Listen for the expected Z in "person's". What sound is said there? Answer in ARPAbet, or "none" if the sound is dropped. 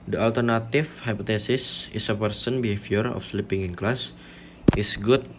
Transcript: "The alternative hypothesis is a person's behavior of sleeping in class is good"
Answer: none